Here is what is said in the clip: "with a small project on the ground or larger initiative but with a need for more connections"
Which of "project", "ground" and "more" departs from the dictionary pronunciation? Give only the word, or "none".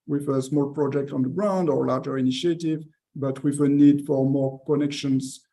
none